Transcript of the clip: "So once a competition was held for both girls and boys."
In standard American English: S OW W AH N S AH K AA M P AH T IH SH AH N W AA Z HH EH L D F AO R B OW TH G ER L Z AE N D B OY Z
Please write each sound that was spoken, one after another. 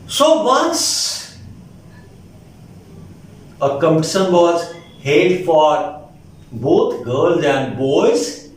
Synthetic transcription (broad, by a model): S OW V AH N S AH K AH M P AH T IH S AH N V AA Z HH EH D F AO R B OW T G ER L Z AE N D B OY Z